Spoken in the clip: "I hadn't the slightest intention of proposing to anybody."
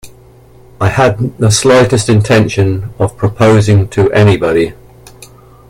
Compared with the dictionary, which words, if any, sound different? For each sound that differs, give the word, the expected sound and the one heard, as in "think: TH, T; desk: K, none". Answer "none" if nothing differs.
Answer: intention: CH, SH